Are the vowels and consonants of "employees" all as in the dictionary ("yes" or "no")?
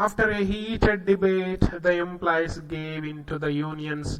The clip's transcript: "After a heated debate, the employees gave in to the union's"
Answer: no